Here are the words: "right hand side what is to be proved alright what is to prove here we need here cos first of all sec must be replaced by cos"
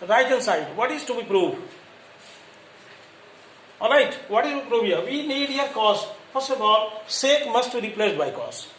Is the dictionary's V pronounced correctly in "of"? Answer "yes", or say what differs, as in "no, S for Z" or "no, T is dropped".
no, B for V